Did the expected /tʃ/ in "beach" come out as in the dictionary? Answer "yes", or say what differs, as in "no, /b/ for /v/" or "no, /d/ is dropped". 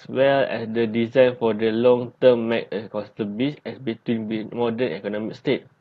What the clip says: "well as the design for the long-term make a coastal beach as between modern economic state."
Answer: no, /s/ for /tʃ/